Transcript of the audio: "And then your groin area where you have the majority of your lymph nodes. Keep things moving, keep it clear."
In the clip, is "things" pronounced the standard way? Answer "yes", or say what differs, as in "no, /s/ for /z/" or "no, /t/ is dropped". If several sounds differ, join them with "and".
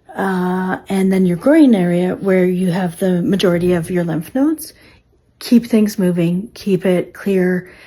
yes